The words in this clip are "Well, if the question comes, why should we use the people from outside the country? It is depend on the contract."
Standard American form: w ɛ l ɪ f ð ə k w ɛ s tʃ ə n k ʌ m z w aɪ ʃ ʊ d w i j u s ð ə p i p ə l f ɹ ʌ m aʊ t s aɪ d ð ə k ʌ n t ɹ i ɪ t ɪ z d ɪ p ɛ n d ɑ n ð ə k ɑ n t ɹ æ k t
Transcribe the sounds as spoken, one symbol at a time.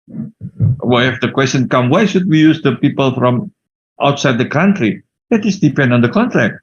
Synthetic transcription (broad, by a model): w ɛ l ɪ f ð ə k w ɛ s tʃ ə n k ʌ m w aɪ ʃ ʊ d w i j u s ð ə p i p ə l f ɹ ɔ m aʊ t s aɪ d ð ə k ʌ n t ɹ i ɪ t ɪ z d ɪ p ɛ n d ɑ n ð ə k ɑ n t ɹ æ k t